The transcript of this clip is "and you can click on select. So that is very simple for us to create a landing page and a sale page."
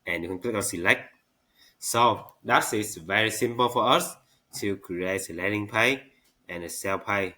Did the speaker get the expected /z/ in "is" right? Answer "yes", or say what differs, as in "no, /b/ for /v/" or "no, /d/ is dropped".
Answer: no, /s/ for /z/